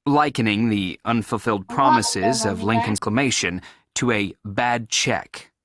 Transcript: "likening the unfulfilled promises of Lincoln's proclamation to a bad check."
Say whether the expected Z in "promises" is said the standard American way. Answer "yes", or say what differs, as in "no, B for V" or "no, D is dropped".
yes